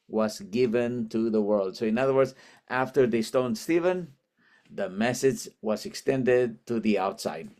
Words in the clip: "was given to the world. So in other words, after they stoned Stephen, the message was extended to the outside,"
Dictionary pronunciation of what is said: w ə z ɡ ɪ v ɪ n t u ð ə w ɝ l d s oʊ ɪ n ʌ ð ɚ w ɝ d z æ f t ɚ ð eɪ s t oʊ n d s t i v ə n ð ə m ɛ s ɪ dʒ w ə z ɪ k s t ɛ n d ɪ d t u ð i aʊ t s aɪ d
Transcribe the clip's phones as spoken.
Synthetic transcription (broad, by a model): w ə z ɡ ɪ v ɪ n t u ð ə w ɝ l d s oʊ ɪ n ʌ ð ɚ w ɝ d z æ f t ɚ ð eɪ s t oʊ n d s t i v ə n ð ə m ɛ s ɪ dʒ w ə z ɪ k s t ɛ n d ɪ d t u ð i aʊ t s aɪ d